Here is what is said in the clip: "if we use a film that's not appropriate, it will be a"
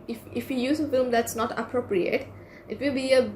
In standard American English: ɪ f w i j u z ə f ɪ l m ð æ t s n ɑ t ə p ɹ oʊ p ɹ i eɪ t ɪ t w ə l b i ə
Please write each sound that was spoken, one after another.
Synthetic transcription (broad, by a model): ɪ f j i j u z ə f ɪ l m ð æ t s n ɑ t ə p ɹ oʊ p ɹ i eɪ t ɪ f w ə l b i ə